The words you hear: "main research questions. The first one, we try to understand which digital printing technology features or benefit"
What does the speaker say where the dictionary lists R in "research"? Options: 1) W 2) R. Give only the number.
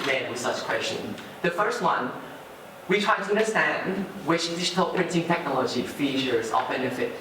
1